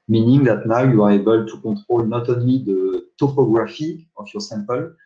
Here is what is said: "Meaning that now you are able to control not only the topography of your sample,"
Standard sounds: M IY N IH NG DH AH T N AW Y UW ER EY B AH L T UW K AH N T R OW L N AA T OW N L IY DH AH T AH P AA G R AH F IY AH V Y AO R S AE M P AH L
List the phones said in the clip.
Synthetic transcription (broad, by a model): M IY N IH NG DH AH T N AW Y UW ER EY B AH L T UW K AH T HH OW L N AA T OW N L IY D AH T AH P AA G R AH F IY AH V Y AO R S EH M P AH L